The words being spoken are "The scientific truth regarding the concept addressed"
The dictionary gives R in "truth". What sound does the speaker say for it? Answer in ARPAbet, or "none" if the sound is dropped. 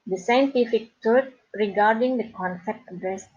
none